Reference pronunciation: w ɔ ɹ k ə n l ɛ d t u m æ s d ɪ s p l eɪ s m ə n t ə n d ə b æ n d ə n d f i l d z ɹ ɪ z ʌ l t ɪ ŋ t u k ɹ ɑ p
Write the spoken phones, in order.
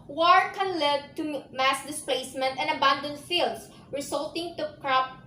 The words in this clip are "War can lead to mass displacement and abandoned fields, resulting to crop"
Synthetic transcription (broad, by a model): w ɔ ɹ k ə n l ɛ d t u m æ s d ɪ s p l eɪ s m ə n t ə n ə b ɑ n d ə n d f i l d s ɹ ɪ s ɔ l t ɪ ŋ t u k ɹ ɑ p